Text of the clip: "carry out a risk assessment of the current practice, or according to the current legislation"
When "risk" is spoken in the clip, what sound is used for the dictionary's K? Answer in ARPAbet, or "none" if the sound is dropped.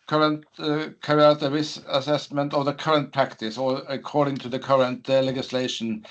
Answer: none